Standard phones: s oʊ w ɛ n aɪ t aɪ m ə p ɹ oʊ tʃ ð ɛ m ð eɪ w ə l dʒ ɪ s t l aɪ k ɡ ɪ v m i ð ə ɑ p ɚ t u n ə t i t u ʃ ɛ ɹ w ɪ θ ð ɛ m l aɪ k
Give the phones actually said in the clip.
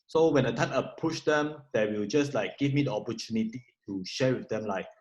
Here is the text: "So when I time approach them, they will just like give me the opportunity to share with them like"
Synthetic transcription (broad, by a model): s oʊ w ɛ n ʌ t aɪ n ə p u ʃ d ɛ m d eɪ w ə l dʒ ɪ s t l aɪ k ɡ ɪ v m i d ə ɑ p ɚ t u n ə t i t u ʃ ɛ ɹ w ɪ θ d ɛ m l aɪ k